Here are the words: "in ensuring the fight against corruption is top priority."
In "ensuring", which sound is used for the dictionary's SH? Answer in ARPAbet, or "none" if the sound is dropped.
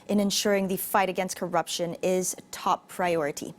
SH